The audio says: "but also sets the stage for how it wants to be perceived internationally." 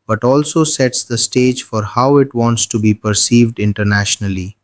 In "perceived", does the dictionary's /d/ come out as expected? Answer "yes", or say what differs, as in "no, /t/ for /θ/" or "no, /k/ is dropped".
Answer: yes